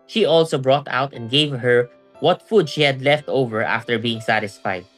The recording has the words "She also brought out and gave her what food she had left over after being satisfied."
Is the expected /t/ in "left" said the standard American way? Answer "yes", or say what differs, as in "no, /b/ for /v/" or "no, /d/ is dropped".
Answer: yes